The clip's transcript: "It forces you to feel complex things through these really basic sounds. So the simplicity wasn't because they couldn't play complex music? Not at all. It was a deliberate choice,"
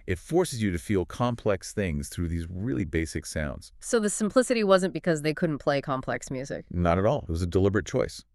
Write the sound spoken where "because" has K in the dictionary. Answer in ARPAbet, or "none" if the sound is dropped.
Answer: K